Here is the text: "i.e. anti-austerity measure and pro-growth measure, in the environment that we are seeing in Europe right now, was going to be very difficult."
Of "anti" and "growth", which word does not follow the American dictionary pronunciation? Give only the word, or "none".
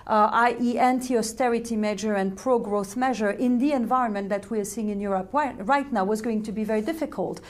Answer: none